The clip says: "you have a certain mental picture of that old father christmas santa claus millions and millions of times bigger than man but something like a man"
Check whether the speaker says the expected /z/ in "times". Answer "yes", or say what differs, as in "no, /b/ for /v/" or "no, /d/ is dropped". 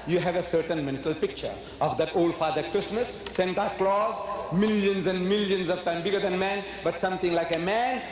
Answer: no, /z/ is dropped